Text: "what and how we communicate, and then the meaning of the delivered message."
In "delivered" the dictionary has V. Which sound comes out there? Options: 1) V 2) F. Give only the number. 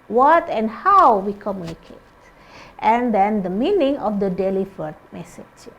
2